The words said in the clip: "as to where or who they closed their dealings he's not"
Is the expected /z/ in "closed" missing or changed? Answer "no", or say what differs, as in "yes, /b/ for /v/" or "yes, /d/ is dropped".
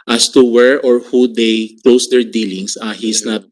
yes, /s/ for /z/